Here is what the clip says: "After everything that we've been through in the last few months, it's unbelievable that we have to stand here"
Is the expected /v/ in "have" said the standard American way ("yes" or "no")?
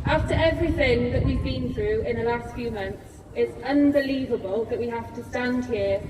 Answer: no